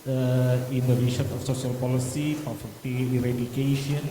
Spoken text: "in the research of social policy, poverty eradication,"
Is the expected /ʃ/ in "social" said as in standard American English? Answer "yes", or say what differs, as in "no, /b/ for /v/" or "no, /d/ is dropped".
no, /s/ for /ʃ/